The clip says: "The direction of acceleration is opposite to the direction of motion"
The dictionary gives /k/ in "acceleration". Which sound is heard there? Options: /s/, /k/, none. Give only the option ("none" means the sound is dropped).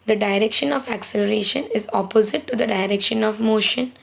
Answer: /k/